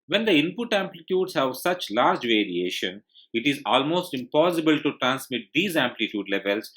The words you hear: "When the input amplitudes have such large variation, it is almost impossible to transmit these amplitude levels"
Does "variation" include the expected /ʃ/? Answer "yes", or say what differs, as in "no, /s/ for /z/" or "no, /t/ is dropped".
yes